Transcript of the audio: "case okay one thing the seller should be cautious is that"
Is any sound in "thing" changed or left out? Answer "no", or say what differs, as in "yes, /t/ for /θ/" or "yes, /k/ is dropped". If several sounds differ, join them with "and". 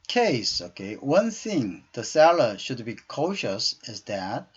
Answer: no